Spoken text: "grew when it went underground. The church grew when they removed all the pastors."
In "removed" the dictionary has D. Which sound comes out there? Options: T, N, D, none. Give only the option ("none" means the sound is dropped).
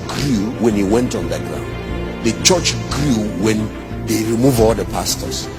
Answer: none